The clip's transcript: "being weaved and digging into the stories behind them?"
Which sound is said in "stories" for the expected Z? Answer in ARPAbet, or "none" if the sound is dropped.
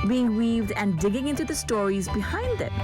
Z